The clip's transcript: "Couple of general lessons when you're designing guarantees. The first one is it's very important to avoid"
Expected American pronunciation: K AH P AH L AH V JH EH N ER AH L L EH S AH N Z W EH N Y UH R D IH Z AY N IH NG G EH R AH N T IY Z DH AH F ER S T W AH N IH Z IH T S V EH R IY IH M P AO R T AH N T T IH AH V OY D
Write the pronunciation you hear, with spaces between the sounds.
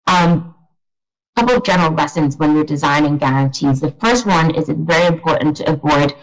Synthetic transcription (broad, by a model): K AH P L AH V JH EH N ER L L EH S AH N Z W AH N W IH R D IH Z AY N IH NG G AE R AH N T IY Z DH AH F ER S T W AH N IH Z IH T V EH R IY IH M P AO R T N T T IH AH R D